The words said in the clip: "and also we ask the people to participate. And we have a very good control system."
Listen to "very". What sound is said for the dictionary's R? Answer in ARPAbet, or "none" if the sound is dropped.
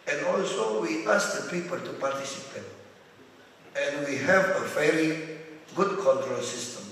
L